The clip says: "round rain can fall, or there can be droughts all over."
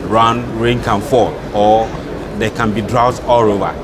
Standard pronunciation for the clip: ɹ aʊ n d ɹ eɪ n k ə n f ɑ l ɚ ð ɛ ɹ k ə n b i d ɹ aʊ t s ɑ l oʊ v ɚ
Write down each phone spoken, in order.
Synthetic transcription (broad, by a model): ɹ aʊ n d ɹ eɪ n k ə n f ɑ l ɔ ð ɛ k ə n b i d ɹ aʊ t ɑ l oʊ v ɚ